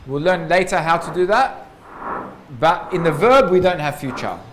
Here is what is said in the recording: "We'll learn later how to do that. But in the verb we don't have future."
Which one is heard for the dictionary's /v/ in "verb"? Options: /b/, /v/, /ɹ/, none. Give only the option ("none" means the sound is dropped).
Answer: /v/